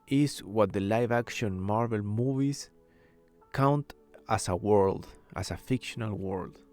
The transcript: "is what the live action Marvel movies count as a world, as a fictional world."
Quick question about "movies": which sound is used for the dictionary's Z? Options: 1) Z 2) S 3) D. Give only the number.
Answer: 2